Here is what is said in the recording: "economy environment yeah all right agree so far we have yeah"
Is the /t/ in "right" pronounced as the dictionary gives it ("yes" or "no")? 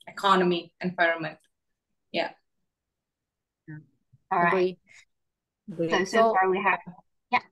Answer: no